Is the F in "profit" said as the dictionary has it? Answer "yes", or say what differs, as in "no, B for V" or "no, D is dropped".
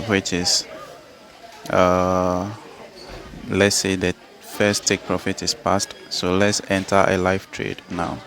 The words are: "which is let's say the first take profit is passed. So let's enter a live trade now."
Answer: yes